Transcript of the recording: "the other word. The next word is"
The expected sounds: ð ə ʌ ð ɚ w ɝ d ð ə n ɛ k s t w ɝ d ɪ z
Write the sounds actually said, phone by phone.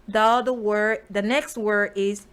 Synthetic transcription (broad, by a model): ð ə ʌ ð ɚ w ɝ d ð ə n ɛ k s t w ɝ d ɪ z